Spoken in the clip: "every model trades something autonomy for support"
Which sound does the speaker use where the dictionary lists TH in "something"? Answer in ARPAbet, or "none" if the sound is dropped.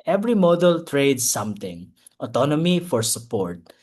T